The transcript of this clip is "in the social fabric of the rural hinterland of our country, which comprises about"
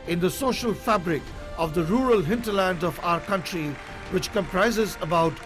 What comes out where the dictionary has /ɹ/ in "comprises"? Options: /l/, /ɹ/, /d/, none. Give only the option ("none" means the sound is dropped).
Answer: /ɹ/